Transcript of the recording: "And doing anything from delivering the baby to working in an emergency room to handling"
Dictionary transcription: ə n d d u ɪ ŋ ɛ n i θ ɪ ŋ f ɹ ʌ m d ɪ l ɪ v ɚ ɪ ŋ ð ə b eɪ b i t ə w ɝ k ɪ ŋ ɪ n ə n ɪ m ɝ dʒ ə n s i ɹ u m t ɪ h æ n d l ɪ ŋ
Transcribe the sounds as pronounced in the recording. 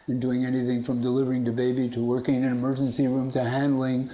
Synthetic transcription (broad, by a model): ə n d d u ɪ ŋ ɛ n i θ ɪ ŋ f ɹ ʌ m d ɪ l ɪ v ɚ ɪ ŋ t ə b eɪ b i t ə w ɝ k ɪ ŋ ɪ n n ɪ m ɝ dʒ ə n s i ɹ u m t ɪ h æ n d l ɪ ŋ